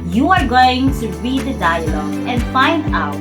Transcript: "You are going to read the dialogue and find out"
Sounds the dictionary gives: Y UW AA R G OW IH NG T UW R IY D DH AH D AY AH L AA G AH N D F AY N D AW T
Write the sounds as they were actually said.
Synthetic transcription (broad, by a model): Y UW AA R G OW IH NG T UW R IY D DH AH D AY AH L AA AH N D F AY N D AW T